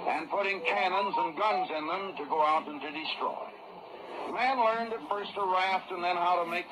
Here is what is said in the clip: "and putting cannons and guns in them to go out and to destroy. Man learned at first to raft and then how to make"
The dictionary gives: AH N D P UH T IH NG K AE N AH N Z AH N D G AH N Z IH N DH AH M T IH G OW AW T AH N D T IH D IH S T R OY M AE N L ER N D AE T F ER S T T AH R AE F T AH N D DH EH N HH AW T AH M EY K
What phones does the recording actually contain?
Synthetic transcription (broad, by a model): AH N P UH T IH NG K AE N AH N Z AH N G AH N Z IH N DH AH M T IH G OW AW T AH N T IH D IH S T R OY M AE N L ER N D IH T F ER S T T AH R AE F T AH N DH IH N HH AW T AH M EY K